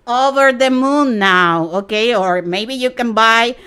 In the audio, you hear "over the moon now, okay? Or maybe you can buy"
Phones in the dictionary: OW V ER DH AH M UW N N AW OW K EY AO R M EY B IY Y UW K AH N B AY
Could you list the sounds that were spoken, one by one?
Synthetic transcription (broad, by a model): OW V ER DH AH M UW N N AW OW K EY AO R M EY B IY Y UW K AH N B AY